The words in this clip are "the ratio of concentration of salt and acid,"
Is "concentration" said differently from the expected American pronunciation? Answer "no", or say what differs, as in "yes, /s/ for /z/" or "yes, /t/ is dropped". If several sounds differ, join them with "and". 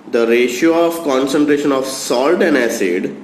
no